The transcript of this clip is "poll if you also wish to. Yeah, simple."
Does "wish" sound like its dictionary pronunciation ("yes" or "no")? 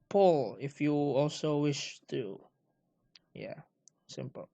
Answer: yes